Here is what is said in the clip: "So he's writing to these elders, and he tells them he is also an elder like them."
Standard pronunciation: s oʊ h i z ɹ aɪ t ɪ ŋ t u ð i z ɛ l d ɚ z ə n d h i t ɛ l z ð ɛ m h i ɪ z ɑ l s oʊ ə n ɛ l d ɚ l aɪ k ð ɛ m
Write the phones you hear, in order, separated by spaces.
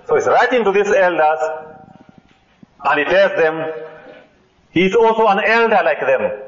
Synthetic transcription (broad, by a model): s oʊ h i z ɹ aɪ t ɪ ŋ t u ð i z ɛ l d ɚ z ə n d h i t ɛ l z ð ɛ m h i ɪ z ɑ l s oʊ ə n ɛ l d ɚ l aɪ k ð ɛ m